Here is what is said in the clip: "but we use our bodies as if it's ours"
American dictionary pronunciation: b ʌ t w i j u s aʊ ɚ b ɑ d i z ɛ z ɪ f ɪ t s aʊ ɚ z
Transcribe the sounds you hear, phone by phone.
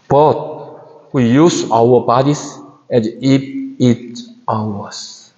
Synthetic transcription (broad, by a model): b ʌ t w i j u s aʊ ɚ b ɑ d i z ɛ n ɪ p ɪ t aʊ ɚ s